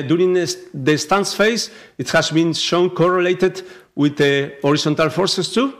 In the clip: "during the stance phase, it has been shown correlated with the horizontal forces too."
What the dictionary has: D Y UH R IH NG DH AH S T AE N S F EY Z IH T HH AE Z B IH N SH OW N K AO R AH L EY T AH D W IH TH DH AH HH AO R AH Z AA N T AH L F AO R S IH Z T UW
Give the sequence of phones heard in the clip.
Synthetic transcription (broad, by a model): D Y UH R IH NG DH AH S T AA N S F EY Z IH T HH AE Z B IH N SH OW N K AO R AH L EY T AH D W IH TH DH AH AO R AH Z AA N T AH L F AO R S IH S T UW